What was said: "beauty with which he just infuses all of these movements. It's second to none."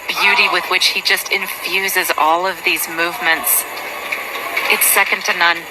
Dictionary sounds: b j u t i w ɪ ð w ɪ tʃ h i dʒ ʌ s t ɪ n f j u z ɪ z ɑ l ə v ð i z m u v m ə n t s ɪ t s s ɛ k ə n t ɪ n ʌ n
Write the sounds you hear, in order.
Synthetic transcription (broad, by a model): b j u t i w ɪ ð w ɪ tʃ h i dʒ ʌ s t ɪ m f j u z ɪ z ɑ l ə v ð i z m u v m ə n t s ɪ t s s ɛ k ə n t ɪ n ʌ n